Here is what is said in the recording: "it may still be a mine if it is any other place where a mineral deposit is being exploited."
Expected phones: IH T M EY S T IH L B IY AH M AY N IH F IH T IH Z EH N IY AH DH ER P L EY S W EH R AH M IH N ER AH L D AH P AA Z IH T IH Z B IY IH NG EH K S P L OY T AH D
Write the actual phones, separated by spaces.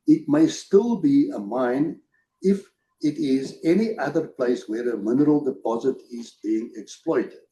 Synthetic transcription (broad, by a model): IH T M EY S T IH L B IY AH M AY N IH F IH T IH Z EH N IY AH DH ER P L EY S W EH R AH M IH N ER AH L D AH P AA Z IH T IH Z B IY IH NG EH K S P L OY T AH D